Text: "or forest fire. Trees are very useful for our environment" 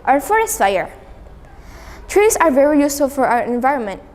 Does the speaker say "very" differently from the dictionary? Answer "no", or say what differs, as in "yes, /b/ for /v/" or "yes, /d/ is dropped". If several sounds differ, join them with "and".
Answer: no